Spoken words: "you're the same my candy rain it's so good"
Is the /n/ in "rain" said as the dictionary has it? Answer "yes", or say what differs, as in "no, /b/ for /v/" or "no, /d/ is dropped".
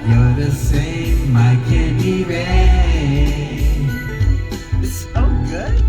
no, /n/ is dropped